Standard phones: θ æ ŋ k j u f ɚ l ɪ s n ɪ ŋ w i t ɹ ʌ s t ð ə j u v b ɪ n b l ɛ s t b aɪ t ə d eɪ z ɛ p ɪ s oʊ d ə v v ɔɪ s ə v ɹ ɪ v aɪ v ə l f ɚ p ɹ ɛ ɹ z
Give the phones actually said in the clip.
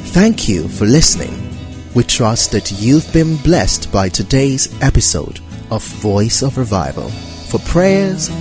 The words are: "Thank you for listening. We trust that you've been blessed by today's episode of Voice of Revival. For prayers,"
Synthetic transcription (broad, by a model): θ æ ŋ k j u f ɚ l ɪ s n ɪ ŋ w i t ɹ ʌ s t ð ə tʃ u v b ɪ n b l ɛ s t b aɪ t ə d eɪ z ɛ p ɪ s oʊ d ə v v ɔɪ s ə v ɹ ɪ v aɪ v ə l f ɚ p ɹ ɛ ɹ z